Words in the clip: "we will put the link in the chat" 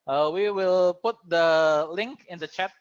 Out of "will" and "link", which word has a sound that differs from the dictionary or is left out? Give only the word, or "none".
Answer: none